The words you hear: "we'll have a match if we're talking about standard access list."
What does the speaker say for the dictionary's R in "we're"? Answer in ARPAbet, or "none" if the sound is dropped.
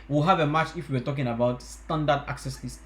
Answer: W